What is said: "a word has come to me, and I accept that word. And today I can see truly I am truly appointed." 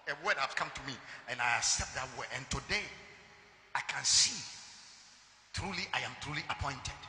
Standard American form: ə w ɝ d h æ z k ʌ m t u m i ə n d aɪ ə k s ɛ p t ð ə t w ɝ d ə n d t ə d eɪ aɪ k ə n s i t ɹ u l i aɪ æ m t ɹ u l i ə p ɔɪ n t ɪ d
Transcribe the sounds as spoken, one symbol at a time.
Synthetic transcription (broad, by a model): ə w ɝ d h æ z k ʌ m t u m i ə n aɪ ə s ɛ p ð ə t w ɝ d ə n t ə d eɪ aɪ k ə n s i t ɹ u l i aɪ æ m t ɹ u l i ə p ɔɪ n t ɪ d